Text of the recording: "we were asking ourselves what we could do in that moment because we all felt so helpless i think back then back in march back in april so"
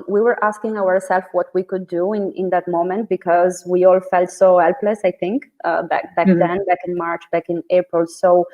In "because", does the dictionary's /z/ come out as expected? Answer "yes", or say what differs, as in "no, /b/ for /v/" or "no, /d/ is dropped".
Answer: yes